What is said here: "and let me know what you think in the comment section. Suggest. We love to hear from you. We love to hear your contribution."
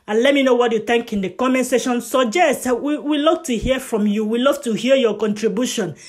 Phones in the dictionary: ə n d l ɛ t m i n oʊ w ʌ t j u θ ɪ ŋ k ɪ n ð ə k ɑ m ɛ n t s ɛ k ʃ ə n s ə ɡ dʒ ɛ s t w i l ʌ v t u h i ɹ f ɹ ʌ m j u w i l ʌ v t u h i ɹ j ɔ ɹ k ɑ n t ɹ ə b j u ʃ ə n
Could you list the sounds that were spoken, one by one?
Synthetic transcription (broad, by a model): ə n l ɛ t m i n oʊ w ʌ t j u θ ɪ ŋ k ɪ n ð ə k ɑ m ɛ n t s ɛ ʃ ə n s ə dʒ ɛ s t w i l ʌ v t u h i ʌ f ɹ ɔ m j u w i l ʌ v t u h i j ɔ k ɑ n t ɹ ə b j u ʃ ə n